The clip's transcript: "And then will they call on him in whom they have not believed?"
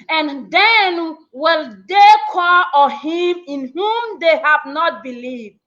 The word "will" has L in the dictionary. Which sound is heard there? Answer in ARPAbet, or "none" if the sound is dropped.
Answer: L